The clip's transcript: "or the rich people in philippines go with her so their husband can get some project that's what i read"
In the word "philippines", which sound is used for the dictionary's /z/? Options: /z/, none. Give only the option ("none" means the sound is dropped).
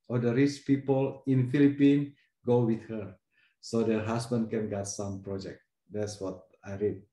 none